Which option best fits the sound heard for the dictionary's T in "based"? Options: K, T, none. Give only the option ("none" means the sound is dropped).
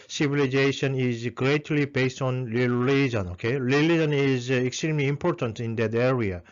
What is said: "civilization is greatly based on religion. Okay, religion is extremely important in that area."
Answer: T